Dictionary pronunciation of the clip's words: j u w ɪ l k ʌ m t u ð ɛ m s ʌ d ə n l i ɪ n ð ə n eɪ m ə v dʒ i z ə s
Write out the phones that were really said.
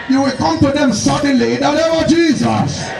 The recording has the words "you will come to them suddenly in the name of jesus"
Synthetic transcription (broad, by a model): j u w ɪ l k ʌ m t u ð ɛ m s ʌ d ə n l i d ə l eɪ ə dʒ i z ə s